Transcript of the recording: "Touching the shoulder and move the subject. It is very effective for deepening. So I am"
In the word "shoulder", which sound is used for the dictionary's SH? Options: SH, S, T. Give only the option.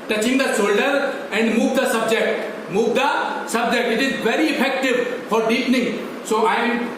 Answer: S